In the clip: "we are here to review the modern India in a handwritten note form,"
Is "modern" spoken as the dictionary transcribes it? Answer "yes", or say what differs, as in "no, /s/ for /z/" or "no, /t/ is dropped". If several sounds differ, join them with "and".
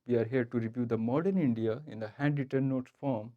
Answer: yes